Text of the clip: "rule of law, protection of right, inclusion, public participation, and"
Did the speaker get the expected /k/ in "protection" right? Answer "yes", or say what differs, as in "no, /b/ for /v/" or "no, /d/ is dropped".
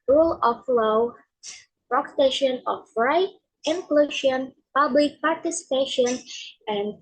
no, /k/ is dropped